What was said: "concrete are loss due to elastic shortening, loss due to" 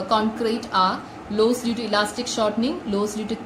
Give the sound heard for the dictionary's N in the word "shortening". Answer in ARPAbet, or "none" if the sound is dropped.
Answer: N